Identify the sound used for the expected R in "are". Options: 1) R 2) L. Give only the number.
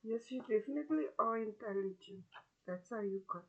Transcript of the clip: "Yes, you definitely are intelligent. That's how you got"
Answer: 2